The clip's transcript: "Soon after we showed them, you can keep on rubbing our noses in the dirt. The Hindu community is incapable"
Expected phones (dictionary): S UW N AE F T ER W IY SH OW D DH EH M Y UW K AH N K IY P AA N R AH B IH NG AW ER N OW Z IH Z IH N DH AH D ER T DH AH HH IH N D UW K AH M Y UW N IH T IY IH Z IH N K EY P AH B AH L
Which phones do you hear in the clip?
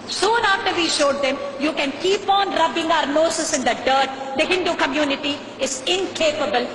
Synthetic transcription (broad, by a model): S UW N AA F T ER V IY SH OW D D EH M Y UW K AH N K IY P AA N R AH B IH NG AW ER N OW S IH S IH N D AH D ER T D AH HH IH N D UW K AH M Y UW N IH T IY IH Z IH N K EY P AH B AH L